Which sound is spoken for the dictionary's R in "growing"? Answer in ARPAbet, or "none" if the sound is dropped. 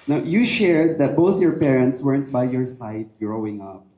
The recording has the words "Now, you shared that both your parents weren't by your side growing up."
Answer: R